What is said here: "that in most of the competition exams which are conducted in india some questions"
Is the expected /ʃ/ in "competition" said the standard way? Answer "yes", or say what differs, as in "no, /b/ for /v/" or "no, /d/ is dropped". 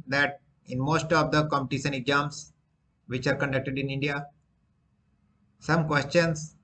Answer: no, /s/ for /ʃ/